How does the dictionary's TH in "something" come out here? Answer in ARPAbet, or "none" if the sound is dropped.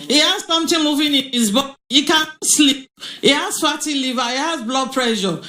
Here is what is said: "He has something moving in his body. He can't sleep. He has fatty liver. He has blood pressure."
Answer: T